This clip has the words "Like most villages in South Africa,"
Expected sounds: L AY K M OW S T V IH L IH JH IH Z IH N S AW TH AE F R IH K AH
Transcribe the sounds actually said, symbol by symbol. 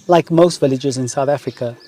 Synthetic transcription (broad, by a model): L AY K M OW S T V IH L IH JH IH Z IH N S AW TH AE F R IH K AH